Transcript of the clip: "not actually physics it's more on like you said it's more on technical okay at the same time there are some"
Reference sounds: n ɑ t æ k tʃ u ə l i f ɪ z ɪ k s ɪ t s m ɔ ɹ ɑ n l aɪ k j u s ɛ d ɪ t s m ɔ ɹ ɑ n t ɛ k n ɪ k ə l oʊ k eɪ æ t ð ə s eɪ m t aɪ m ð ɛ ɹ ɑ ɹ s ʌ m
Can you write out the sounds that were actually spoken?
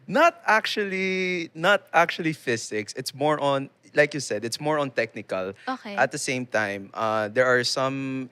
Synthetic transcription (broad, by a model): n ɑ t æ k tʃ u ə l i f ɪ s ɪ k s ɪ t s m ɔ ɹ ɑ n l aɪ k j u s ɛ d ɪ t s m ɔ ɹ ɑ n t ɛ k n ɪ k ə l oʊ k eɪ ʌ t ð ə s eɪ m t aɪ m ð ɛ ɹ ɑ ɹ s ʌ m